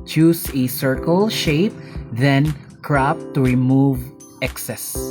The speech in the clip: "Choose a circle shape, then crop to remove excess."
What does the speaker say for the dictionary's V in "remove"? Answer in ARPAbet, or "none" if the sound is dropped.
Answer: V